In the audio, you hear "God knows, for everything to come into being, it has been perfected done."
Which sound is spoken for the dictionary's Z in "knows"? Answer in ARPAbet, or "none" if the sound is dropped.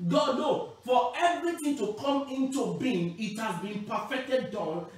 none